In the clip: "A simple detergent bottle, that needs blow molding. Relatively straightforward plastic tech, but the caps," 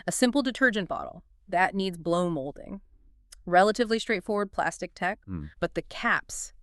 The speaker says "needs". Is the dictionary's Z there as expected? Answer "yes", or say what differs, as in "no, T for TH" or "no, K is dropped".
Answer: yes